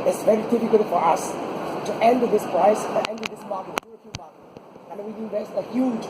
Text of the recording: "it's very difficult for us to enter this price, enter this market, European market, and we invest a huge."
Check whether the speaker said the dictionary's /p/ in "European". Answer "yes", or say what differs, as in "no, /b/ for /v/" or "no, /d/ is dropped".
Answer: no, /f/ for /p/